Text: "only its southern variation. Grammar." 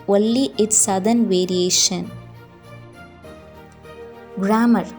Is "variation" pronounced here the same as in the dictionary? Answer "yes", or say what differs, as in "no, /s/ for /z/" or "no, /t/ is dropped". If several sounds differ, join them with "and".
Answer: yes